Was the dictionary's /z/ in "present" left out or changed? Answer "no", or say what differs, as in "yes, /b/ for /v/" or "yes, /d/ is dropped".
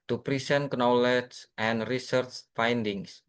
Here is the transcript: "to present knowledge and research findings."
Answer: yes, /s/ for /z/